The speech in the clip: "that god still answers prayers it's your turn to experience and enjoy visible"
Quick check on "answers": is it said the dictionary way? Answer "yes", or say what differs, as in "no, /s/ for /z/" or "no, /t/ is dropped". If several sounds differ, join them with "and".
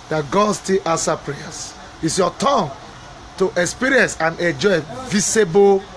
no, /z/ is dropped